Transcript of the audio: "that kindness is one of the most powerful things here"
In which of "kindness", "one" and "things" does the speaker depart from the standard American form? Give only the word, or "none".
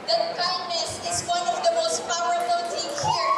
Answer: things